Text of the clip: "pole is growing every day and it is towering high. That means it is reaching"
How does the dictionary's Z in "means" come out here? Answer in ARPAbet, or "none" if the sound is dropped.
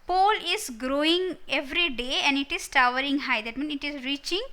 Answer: none